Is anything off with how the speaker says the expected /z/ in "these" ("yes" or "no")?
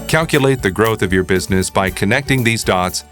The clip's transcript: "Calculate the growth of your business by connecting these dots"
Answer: no